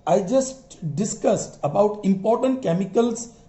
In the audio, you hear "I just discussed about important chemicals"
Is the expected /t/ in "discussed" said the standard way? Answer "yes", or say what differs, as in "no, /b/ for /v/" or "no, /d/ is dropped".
yes